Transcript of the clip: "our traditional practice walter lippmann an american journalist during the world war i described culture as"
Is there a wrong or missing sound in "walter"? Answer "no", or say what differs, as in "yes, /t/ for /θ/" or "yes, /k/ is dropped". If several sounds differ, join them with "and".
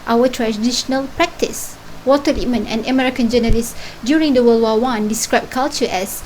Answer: yes, /l/ is dropped